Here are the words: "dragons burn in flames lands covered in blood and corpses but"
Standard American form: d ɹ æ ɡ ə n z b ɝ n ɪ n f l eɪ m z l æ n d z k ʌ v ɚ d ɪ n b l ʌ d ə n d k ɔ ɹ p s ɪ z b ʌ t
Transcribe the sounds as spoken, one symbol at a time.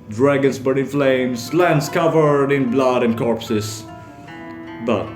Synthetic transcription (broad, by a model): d ɹ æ ɡ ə n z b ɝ ɪ n f l eɪ m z l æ n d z k ʌ v ɚ d ɪ n b l ʌ d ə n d k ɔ ɹ p s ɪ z b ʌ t